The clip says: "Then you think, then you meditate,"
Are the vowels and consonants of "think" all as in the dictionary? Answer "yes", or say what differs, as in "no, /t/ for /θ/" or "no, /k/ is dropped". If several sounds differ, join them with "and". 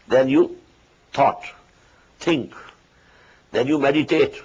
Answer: no, /t/ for /θ/